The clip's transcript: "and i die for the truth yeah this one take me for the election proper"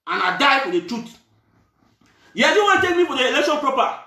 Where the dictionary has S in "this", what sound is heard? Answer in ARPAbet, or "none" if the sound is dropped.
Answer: none